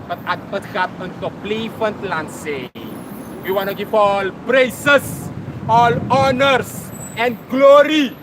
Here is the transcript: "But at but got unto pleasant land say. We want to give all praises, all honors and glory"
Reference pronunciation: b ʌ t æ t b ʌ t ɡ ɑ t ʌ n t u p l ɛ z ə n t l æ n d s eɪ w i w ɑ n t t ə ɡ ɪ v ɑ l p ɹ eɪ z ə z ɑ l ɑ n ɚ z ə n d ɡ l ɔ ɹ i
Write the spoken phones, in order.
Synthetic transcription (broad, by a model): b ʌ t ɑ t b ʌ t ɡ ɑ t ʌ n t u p l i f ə n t l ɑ n s eɪ w i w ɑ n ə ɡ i f ɑ l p ɹ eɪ s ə s ɑ l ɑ n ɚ s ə n ɡ l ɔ ɹ i